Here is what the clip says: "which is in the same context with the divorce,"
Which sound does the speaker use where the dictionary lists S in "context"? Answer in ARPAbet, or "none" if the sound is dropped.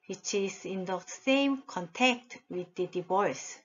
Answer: none